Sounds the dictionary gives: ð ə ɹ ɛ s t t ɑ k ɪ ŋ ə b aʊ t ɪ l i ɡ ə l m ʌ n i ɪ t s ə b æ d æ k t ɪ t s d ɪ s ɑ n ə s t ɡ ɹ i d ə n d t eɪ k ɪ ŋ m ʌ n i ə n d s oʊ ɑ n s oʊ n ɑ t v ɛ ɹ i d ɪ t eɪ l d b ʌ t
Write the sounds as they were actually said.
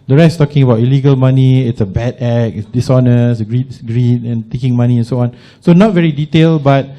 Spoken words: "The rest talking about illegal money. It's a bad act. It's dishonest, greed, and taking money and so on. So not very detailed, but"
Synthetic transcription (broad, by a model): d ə ɹ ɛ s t t ɑ k ɪ ŋ ə b aʊ t ɪ l i ɡ ə l m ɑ n i ɪ t s ə b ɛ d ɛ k ɪ t s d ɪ s ɑ n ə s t ɡ ɹ i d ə n t eɪ k ɪ ŋ m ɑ n i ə n s oʊ ɑ n s oʊ n ɑ t v ɛ ɹ i d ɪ t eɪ l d b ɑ t